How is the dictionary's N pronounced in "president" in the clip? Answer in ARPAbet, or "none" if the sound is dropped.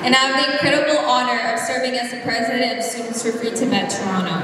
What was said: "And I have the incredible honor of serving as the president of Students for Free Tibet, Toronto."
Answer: none